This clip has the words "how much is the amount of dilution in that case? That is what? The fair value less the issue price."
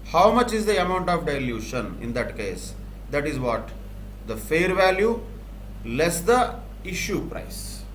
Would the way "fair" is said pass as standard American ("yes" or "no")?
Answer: yes